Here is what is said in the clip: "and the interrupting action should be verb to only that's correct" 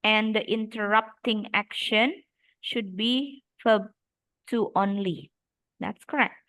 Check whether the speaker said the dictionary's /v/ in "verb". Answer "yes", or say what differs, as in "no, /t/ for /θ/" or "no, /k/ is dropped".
no, /f/ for /v/